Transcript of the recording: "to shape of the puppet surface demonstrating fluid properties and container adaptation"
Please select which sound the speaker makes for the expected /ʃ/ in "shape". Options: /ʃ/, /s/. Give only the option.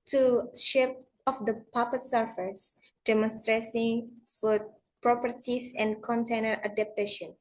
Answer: /ʃ/